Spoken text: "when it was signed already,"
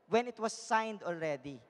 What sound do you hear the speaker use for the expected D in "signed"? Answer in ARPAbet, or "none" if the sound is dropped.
D